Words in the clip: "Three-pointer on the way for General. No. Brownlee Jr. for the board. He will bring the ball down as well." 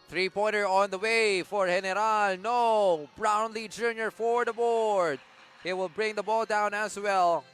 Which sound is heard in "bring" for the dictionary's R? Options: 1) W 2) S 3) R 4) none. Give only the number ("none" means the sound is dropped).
3